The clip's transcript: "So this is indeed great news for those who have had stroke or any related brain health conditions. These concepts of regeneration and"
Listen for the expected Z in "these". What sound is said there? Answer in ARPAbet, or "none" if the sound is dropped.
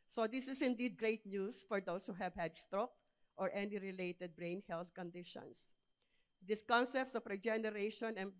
S